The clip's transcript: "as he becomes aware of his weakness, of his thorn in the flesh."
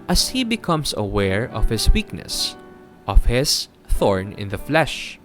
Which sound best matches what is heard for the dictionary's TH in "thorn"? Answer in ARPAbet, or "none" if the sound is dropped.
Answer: TH